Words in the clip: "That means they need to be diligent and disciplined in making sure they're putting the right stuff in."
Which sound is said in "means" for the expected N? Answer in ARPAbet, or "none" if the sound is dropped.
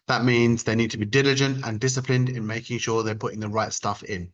N